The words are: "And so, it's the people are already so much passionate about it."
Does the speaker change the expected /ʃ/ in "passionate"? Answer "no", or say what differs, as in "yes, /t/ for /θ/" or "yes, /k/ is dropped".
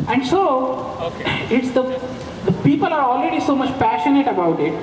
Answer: no